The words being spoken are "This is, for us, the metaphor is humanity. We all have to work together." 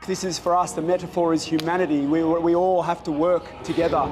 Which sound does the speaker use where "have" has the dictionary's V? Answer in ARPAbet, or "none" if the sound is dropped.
F